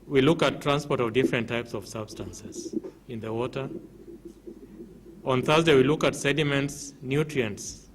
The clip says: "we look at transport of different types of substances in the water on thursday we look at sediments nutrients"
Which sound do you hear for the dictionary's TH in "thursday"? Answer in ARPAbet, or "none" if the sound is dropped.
TH